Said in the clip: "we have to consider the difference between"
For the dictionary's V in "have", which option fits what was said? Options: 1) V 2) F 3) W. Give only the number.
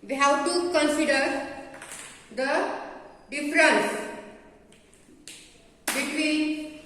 3